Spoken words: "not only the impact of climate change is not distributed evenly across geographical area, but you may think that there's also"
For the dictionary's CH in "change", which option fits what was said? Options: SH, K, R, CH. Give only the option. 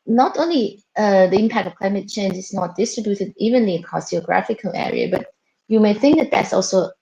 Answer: CH